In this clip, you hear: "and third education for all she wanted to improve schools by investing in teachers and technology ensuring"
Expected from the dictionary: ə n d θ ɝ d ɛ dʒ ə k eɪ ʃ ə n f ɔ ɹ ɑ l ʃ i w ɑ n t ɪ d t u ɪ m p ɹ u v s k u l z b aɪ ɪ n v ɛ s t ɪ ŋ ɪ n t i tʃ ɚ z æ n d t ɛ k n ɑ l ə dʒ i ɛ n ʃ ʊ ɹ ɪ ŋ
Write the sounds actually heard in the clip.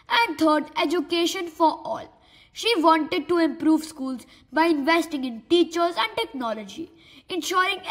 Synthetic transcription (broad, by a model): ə n d t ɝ d ɛ dʒ ə k eɪ ʃ ə n f ɔ ɹ ɑ l ʃ i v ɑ n t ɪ d t u ɪ m p ɹ u v s k u l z b aɪ ɪ n v ɛ s t ɪ ŋ ɪ n t i tʃ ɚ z æ n d t ɛ k n ɑ l ə dʒ i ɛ n ʃ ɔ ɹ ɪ ŋ